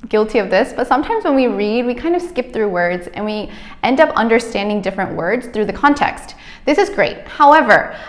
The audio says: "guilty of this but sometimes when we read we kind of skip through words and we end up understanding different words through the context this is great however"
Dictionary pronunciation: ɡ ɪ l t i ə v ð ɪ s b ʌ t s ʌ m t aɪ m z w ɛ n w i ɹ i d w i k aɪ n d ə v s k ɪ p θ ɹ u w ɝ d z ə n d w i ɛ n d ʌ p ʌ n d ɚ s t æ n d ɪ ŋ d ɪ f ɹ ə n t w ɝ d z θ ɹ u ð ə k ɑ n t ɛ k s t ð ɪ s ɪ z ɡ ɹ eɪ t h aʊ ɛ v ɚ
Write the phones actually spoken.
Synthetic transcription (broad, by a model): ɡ ɪ l t i ə v ð ɪ s b ʌ t s ʌ m t aɪ m z w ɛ n w i ɹ i d w i k aɪ n d ə v s k ɪ p θ ɹ u w ɝ d z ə n w i ɛ n d ʌ p ʌ n d ɚ s t æ n d ɪ ŋ d ɪ f ɹ ə n t w ɝ d z θ ɹ u ð ə k ɑ n t ɛ k s t ð ɪ s ɪ z ɡ ɹ eɪ t h aʊ ɛ v ɚ